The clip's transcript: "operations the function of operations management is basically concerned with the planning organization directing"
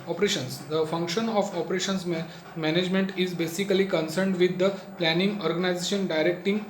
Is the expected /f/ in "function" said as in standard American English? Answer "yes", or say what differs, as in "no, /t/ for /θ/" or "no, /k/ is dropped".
yes